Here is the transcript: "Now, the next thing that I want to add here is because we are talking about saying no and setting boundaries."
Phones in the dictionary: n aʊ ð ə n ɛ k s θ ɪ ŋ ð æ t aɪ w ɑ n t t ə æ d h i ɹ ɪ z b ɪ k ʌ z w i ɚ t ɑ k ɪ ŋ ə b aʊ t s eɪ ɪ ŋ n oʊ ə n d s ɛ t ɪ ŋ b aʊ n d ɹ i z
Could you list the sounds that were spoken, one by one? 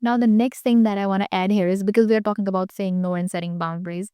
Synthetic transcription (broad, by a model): n aʊ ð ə n ɛ k s t ɪ ŋ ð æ t aɪ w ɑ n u t æ d h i ɹ ɪ z b ɪ k ʌ z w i ɚ t ɑ k ɪ ŋ ə b aʊ t s eɪ ɪ ŋ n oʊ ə n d s ɛ t ɪ ŋ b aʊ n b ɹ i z